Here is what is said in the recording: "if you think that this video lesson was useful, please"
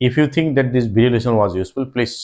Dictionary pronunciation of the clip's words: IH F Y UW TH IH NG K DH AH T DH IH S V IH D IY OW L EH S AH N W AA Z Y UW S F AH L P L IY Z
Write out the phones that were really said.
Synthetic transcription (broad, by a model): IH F Y UW T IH NG K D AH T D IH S B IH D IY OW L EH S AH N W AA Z Y UW S F AH L P L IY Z